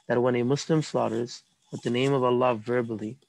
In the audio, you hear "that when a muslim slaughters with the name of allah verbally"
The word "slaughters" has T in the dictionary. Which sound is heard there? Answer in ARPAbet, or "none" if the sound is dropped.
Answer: T